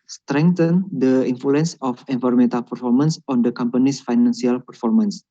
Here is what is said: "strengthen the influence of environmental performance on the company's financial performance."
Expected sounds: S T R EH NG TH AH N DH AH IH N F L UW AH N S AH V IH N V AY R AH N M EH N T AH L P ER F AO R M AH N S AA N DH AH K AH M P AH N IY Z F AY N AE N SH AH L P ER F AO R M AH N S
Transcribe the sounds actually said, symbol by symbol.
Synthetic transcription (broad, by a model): S T R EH NG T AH N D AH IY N F L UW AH N S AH F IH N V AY R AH M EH N T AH L P ER F AO R M AH N S AA N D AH K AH M P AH N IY S F AY N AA N S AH L P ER F AO R M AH N S